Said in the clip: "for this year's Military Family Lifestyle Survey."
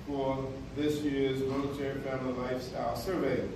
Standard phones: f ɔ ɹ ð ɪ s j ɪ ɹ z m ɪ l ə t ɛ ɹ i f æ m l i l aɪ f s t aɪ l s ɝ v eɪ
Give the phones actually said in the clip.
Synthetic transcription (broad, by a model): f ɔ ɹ ð ɪ s j ɪ ɹ z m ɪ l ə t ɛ ɹ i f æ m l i l aɪ f s t aɪ l s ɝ v eɪ